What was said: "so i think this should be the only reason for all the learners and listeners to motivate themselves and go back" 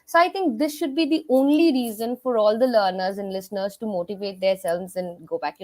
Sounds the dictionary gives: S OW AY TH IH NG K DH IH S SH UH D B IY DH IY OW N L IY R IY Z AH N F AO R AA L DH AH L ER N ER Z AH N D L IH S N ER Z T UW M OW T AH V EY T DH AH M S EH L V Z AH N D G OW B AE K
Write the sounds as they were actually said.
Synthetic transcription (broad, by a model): S OW AY T IH NG K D IH S SH UH D B IY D IY OW N L IY R IY Z AH N F AO R AA L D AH L ER N ER Z AH N D L IH S N ER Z T UW M OW T AH V EY T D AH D S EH L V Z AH N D G OW B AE K